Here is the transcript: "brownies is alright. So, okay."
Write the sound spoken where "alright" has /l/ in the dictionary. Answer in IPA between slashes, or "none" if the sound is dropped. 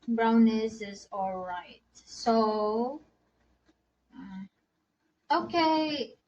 /l/